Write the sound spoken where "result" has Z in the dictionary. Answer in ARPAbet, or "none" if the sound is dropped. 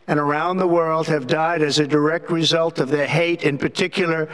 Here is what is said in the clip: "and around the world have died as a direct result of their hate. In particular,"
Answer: Z